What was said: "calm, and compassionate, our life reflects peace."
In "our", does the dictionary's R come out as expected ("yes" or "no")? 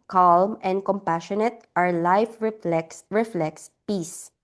yes